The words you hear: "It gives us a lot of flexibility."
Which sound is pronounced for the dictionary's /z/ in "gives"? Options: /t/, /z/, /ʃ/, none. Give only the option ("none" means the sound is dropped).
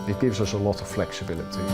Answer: /z/